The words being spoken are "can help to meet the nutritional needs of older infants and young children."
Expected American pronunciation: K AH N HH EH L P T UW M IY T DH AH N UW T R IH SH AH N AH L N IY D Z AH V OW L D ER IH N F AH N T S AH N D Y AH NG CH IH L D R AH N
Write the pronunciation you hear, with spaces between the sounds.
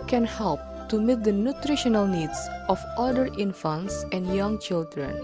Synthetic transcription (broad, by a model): K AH N HH EH L P T UW M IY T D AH N UW T R IH SH AH N AH L N IY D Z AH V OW D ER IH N F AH N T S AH N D Y AH NG CH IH L D R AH N